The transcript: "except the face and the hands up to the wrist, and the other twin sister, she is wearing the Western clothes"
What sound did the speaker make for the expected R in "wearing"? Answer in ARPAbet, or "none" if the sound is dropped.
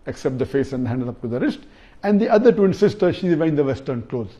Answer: none